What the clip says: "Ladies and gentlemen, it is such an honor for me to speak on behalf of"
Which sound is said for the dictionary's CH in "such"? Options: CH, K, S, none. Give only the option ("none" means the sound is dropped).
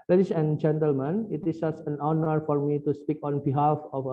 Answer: S